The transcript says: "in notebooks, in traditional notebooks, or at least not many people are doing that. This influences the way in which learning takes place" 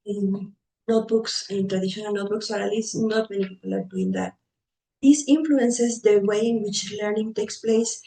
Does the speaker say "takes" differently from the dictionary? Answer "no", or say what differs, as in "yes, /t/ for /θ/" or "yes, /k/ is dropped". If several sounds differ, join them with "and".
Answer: no